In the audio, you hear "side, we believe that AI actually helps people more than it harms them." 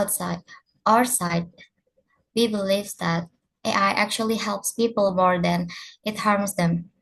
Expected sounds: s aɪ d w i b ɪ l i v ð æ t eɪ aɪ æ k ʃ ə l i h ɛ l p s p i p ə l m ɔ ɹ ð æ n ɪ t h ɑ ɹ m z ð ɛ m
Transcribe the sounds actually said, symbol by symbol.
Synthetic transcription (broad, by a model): s aɪ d w i b ɪ l i v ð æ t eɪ aɪ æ k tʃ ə l i h ɛ l p s p i p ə l m ɔ ɹ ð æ n ɪ t h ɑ ɹ m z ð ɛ m